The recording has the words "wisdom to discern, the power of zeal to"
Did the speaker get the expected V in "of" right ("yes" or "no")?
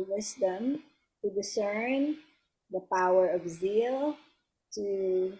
yes